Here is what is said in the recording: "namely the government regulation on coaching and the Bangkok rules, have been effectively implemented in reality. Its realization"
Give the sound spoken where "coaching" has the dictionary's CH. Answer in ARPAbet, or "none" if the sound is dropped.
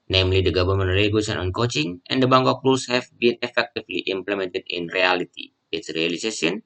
CH